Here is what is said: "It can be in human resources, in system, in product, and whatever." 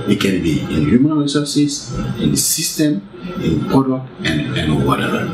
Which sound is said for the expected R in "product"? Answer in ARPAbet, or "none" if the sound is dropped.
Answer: none